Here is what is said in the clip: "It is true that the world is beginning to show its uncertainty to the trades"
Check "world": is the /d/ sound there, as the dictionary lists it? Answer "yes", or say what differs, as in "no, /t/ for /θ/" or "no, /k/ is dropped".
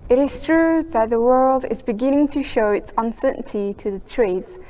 yes